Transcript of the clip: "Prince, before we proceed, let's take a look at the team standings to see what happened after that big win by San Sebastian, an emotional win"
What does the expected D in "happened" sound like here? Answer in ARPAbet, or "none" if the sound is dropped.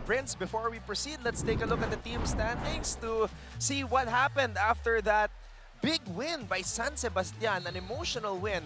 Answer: D